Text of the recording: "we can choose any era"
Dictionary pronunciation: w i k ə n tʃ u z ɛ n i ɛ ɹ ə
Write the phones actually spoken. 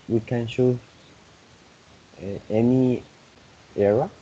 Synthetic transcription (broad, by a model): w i k ə n ʃ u ɛ n i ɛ ɹ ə